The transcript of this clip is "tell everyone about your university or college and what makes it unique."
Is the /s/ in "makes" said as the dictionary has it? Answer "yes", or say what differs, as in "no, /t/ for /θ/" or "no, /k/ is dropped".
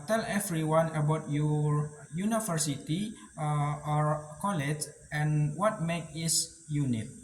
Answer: no, /s/ is dropped